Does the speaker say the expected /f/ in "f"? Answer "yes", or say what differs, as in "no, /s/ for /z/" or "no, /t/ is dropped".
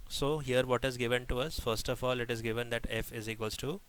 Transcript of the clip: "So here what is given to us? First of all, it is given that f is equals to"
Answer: yes